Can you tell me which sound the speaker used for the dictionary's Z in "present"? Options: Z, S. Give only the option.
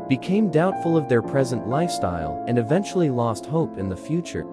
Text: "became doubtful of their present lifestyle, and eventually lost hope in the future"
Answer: Z